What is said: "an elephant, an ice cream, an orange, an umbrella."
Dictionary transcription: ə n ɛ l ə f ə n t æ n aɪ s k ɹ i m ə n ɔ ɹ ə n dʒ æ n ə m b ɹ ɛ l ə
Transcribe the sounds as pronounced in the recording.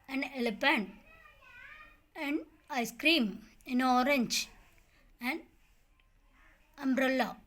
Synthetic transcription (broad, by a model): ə n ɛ l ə p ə n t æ n aɪ s k ɹ i m ə n ɔ ɹ ə n dʒ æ n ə m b ɹ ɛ l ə